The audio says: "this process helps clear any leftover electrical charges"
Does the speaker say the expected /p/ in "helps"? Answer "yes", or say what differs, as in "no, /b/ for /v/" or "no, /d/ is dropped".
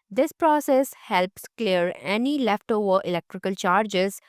yes